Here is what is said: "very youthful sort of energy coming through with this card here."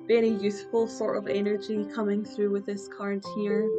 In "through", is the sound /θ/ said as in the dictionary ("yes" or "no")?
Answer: yes